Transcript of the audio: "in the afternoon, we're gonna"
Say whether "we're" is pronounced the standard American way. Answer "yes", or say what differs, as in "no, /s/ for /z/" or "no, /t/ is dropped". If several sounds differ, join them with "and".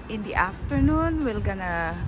no, /l/ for /ɹ/